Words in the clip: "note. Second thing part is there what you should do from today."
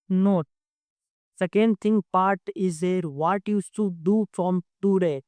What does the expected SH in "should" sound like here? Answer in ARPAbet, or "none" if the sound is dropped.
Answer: S